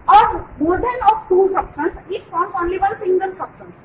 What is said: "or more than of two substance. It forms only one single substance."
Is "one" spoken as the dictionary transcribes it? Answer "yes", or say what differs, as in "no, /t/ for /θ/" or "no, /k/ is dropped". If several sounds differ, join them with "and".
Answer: no, /l/ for /n/